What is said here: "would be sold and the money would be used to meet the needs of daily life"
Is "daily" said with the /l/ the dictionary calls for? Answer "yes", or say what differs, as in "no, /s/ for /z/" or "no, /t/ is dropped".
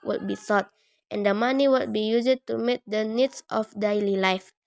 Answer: yes